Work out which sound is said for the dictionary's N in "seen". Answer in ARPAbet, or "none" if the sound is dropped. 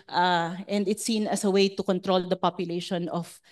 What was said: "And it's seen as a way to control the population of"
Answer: N